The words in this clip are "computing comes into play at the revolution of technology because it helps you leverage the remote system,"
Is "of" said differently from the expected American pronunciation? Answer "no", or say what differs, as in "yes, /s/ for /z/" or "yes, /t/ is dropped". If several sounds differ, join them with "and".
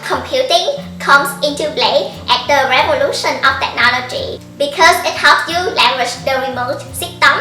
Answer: yes, /f/ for /v/